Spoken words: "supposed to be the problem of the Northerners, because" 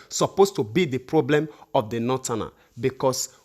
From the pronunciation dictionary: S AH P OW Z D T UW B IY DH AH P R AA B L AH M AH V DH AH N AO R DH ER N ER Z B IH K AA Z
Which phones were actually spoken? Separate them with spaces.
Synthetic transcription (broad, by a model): S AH P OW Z T UW B IY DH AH P R AA B L AH M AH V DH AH N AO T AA N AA B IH K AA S